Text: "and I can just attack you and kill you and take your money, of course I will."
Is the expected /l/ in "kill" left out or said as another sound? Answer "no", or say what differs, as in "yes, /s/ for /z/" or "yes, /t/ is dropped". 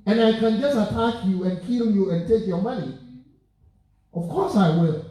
no